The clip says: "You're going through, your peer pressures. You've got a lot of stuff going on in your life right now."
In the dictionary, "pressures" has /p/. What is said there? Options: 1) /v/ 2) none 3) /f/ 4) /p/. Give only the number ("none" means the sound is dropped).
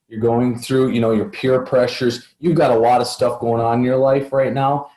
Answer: 4